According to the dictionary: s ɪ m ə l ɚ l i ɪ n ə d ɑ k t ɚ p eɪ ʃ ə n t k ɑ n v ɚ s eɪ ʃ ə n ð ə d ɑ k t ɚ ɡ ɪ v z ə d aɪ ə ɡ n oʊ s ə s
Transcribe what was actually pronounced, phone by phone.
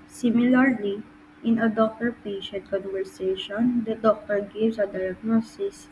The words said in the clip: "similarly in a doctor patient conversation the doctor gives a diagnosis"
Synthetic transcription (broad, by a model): s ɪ m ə l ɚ l i ɪ n ə d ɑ k t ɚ p eɪ ʃ ə n t k ɑ n v ɚ s eɪ ʃ ə n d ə d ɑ k t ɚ ɡ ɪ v s ə d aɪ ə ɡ n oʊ s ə s